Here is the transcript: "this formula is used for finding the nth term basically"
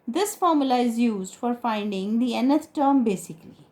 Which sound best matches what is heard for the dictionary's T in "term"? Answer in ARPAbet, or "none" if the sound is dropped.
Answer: T